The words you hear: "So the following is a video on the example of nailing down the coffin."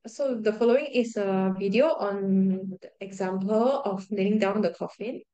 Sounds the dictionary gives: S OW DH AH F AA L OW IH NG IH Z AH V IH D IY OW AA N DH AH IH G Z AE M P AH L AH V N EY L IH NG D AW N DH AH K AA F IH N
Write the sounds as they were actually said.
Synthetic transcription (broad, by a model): S OW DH AH F AA L OW IH NG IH S AH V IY D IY OW AA N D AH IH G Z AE M P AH L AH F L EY N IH NG D AW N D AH K AA F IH N